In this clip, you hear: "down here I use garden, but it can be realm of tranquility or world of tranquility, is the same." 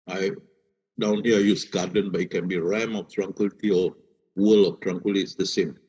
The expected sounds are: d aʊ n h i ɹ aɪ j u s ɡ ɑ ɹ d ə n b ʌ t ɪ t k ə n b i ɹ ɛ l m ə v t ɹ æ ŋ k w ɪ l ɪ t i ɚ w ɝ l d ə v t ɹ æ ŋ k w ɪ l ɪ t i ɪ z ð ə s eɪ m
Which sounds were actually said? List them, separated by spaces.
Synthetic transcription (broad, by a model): d aʊ n h i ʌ aɪ j u s ɡ ɑ d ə n b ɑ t ɪ t k ə n b i ɹ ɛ m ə f t ɹ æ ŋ k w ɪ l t i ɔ w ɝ l ə f t ɹ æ ŋ k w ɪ l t i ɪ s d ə s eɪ m